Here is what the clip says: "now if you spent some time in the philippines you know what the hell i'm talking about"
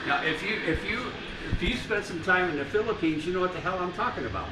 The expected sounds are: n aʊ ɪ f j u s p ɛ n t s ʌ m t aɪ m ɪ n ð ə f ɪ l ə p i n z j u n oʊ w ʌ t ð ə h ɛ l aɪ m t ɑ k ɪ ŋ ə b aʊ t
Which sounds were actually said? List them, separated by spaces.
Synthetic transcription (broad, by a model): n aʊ ɪ f j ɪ s p ɛ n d s ʌ m t aɪ m ɪ n ð ə f ɪ l ə p i n z j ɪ n oʊ w ʌ t ð ə h ɛ l aɪ m t ɑ k ɪ ŋ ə b aʊ t